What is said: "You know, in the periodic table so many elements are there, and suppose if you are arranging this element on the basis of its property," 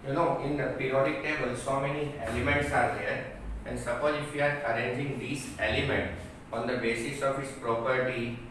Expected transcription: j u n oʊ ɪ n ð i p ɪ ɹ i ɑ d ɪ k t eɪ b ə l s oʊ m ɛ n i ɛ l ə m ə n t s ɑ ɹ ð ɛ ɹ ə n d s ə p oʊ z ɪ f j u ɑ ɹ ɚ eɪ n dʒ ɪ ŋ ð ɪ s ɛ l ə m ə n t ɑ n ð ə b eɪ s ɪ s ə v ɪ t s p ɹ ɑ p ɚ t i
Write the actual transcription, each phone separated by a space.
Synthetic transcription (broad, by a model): j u n oʊ ɪ n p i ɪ ɹ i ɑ d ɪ k t eɪ b ə l s oʊ m ɛ n i ɛ l ə m ə n t s ɑ ɹ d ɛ ɹ ə n d s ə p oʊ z ɪ f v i ɑ ɹ ɚ eɪ n dʒ ɪ ŋ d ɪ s ɛ l ə m ə n t ɑ n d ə b eɪ s ɪ s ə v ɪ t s p ɹ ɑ p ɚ t i